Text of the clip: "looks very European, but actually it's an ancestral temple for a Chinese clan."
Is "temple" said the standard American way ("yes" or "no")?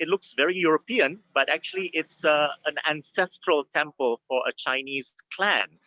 yes